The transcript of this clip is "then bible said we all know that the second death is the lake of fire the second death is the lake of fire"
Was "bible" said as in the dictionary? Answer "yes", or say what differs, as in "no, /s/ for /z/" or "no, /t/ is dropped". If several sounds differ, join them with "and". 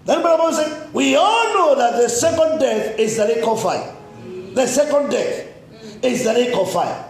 no, /n/ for /l/